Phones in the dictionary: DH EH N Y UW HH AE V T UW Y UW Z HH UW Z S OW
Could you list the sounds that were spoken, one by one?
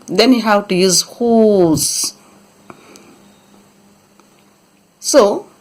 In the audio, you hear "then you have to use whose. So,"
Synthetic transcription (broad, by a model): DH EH N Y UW HH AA W T UW Y UW Z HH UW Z S OW